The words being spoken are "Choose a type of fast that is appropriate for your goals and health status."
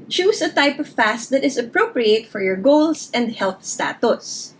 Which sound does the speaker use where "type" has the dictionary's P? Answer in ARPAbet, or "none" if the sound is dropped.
P